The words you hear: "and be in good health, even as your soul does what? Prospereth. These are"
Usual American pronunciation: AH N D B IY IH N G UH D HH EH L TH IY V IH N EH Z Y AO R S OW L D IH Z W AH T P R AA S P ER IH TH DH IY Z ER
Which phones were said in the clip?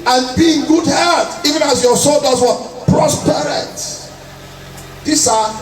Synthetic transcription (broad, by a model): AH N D B IY IH N G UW D HH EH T IY V IH N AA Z Y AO S OW L D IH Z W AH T P R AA S P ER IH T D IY S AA